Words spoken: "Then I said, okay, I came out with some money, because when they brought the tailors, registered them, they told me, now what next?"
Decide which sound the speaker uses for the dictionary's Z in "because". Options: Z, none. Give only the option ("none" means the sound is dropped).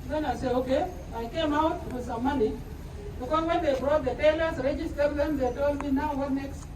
none